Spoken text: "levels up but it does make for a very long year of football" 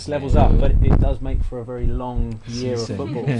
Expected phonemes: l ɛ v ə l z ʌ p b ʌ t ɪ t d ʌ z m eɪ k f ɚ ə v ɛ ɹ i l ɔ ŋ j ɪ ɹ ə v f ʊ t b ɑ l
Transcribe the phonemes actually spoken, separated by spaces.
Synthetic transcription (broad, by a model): l ɛ v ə l z ʌ p b ʌ t ɪ t d ʌ z m eɪ k f ɚ ə v ɛ ɹ i l ɔ ŋ j ɪ ɹ ə v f ʊ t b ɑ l